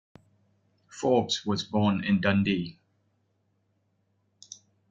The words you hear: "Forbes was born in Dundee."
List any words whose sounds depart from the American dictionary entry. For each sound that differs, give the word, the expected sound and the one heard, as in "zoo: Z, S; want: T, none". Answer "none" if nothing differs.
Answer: forbes: Z, S